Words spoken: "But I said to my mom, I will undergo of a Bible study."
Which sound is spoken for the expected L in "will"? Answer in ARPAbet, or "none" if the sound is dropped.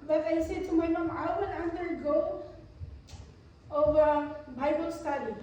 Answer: N